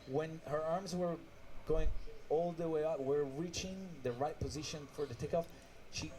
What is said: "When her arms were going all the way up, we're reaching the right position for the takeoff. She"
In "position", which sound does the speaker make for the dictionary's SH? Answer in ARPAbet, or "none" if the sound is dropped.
SH